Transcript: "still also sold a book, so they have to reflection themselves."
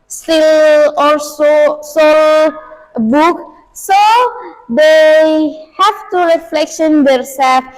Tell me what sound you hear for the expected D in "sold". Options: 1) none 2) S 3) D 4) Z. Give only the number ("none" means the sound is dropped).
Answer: 1